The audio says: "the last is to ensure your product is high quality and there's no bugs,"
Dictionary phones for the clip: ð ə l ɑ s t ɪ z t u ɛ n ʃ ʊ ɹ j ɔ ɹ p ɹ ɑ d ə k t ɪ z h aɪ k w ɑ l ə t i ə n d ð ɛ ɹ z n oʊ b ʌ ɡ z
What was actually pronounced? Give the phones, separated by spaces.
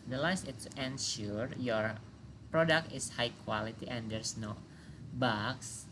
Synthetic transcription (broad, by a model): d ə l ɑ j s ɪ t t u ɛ n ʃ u ɹ j ɔ ɹ p ɹ ɑ d ə k t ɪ s h aɪ k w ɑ l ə t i ə n d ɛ ɹ s n oʊ b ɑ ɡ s